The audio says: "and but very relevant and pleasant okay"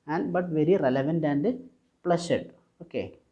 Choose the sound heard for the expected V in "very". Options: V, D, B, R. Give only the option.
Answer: V